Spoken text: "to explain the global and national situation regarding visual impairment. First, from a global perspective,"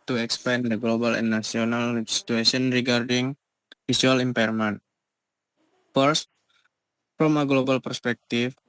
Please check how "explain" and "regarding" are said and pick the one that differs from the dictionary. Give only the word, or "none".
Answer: explain